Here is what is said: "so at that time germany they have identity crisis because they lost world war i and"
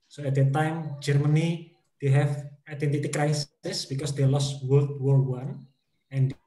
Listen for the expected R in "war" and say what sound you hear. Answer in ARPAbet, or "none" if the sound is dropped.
W